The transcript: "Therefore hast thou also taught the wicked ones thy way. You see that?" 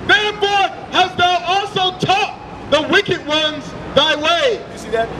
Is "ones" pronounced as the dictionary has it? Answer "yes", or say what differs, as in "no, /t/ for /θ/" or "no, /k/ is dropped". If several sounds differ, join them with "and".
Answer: yes